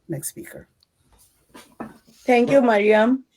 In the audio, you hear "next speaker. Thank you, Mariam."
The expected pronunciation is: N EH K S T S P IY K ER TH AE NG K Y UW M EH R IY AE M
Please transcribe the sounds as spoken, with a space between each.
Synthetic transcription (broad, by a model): N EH K S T S P IY K ER T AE NG K Y UW M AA R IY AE M